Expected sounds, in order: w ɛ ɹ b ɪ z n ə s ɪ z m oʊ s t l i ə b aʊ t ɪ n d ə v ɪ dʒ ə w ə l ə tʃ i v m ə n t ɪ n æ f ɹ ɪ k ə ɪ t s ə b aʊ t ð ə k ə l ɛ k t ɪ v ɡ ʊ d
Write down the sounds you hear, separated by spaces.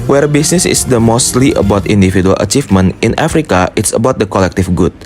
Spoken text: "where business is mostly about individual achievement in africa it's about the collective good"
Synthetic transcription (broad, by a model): w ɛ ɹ b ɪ s n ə s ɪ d m oʊ s t l i ə b aʊ t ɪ n d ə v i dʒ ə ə l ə tʃ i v m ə n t ɪ n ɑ f ɹ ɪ k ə ɪ t s ə b aʊ t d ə k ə l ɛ k t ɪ f ɡ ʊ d